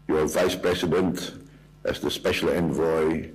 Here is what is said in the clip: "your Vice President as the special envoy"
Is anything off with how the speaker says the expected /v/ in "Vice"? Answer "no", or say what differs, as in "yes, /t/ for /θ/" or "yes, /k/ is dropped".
no